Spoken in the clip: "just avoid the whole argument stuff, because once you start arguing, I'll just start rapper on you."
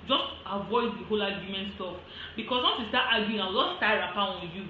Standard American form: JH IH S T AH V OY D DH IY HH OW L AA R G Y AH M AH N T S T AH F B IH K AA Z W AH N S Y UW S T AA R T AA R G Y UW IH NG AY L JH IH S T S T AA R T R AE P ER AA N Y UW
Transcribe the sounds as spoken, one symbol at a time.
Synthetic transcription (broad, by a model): JH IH S T AH V OY D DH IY HH OW L AA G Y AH M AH N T S T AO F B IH K AA S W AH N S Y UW S T AA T AA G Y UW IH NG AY W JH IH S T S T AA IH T R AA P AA AA N Y UW